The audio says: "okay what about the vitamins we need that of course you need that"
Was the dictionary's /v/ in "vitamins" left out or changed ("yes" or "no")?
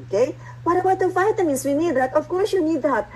yes